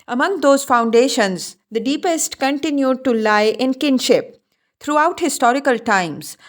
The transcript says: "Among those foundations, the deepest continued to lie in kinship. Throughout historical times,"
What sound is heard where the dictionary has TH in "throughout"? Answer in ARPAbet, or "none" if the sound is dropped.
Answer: T